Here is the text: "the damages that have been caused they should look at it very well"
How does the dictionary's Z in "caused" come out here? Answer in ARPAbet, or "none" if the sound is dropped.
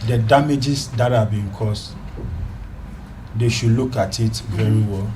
S